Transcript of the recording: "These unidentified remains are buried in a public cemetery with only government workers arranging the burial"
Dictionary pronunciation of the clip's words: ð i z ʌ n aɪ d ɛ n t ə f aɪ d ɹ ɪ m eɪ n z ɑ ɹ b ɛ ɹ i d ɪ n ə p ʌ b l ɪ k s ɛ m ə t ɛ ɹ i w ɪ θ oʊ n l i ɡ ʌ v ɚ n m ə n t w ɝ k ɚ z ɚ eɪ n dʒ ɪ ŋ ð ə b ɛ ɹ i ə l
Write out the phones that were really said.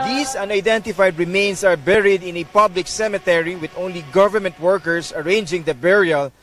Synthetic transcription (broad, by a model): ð i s ʌ n aɪ d ɛ n t ə f aɪ d ɹ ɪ m eɪ n s ɑ ɹ b ɛ ɹ i d ɪ n ə p ʌ b l ɪ k s ɛ m ə t ɛ ɹ i w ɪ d oʊ n l i ɡ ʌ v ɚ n m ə n t w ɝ k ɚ s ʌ eɪ n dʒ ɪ ŋ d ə b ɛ ɹ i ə l